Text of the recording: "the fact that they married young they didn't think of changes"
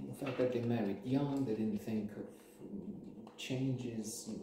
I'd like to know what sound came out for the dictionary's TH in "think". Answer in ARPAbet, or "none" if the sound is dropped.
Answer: TH